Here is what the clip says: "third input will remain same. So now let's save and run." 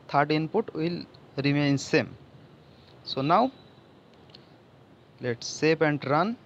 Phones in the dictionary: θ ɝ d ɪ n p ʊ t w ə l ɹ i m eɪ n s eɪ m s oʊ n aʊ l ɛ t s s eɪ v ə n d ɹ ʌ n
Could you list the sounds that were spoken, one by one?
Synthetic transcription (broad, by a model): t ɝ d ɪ n p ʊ t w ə l ɹ i m eɪ n s eɪ m s oʊ n aʊ l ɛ t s s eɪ p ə n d ɹ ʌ n